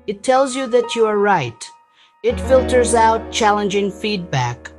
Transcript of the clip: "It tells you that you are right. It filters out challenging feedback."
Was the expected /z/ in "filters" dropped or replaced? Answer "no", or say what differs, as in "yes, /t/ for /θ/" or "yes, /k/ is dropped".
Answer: no